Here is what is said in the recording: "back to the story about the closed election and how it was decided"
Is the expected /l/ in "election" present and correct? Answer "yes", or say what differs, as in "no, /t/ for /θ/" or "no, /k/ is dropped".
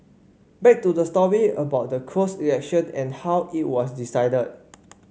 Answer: no, /l/ is dropped